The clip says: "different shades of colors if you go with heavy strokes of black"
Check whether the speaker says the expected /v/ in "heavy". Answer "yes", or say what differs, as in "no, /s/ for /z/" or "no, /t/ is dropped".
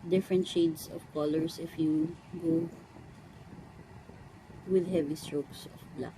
yes